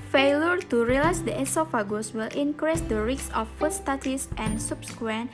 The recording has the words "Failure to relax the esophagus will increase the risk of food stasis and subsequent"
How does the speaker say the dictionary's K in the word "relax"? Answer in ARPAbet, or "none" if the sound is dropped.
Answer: none